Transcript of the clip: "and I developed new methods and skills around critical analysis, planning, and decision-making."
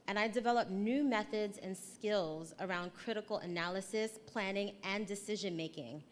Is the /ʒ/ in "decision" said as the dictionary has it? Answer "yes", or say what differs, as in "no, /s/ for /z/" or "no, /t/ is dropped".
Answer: yes